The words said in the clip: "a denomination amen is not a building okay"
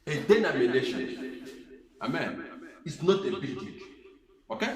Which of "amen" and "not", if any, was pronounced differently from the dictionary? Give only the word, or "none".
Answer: none